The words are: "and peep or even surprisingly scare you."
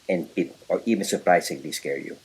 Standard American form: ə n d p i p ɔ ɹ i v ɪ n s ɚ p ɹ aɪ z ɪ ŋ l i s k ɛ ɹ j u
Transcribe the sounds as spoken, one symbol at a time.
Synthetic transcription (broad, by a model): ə n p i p ɔ ɹ i v ɪ n s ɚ p ɹ aɪ s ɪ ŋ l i s k ɛ ɹ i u